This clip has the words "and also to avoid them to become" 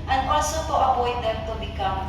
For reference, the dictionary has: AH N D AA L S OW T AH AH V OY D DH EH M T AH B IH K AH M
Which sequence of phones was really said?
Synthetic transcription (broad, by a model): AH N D AA L S OW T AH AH P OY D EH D T AH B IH K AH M